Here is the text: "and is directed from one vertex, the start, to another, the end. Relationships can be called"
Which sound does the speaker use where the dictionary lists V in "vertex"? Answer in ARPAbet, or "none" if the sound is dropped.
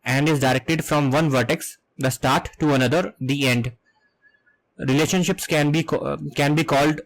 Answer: V